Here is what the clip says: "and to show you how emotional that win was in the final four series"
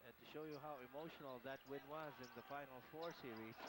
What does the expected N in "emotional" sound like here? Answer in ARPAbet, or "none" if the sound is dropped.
N